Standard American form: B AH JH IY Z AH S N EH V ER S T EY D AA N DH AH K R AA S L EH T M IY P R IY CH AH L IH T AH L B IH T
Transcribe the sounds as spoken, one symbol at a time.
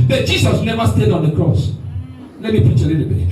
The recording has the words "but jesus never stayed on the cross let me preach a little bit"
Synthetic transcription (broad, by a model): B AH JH IY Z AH S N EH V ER S T EY D AA N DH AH K R AA S L EH T M IY P R IY CH AH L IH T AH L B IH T